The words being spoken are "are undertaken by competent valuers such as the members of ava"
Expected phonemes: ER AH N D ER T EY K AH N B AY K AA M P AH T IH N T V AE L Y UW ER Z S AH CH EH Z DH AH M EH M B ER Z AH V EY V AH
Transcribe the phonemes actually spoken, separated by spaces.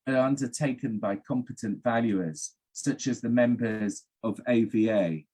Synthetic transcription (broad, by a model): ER AH N D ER T EY K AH N B AY K AA M P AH T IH N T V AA L Y UW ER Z S AH CH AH Z DH AH M EH M B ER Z AH V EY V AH